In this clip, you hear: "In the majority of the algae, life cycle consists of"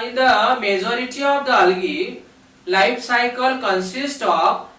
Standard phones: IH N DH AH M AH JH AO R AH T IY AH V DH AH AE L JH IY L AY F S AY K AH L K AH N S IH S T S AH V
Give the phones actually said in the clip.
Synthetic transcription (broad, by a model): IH N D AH M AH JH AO R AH T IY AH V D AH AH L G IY L AY P S AY K AH L K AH N S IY S T AH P